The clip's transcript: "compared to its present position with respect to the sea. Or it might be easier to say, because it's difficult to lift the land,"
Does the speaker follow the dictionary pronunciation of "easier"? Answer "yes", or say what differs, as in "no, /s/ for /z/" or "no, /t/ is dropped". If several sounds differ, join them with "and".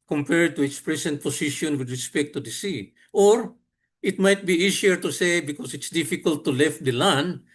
no, /s/ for /z/